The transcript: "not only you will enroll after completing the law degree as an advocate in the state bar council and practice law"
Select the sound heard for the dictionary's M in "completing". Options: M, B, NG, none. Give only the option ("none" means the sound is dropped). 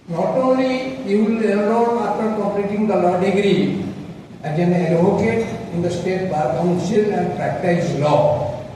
none